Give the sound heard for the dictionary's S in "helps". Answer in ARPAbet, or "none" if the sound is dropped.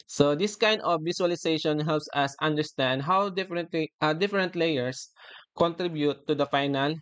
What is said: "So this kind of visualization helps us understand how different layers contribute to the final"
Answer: S